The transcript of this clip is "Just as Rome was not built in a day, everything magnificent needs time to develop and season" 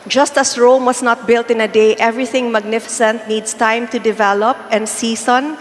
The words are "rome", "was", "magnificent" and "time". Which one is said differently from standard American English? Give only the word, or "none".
was